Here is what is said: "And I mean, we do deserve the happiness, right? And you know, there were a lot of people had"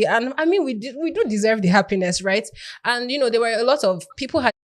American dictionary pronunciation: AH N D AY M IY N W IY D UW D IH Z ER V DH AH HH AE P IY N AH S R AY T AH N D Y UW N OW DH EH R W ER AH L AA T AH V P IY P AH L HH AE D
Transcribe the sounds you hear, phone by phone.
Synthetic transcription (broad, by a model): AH N AY M IY N W IY D UW D IH Z ER V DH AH HH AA P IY N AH S R AY T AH N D Y UW N OW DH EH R W ER AH L AA T AH V P IY P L HH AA